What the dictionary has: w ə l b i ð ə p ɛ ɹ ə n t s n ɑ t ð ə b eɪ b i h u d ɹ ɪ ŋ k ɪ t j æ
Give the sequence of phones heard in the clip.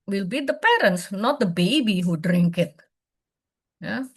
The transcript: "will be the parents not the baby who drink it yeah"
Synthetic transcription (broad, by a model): w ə l b i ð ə p ɛ ɹ ə n t s n ɑ t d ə b eɪ b i h u d ɹ ɪ ŋ k ɪ t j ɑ